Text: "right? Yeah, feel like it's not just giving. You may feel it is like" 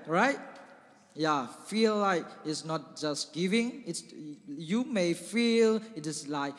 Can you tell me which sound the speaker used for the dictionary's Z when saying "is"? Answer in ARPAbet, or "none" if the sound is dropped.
S